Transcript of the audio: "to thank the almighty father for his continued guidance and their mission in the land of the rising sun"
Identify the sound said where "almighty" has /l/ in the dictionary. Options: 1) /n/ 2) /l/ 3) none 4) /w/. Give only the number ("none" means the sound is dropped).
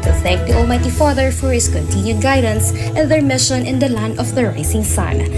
2